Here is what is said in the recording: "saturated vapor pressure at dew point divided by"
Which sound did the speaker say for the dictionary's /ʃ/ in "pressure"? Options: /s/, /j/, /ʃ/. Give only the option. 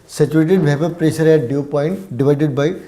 /s/